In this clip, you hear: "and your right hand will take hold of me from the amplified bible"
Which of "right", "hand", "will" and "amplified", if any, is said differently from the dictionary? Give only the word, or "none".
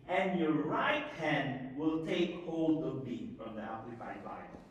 amplified